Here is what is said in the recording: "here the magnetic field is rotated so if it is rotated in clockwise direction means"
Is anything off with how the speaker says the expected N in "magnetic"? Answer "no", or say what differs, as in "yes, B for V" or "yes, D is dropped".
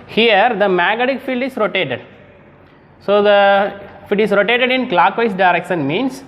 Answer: yes, N is dropped